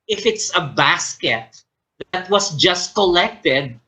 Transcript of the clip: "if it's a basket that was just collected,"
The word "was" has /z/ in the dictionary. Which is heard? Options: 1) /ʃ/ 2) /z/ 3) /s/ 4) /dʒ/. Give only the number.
3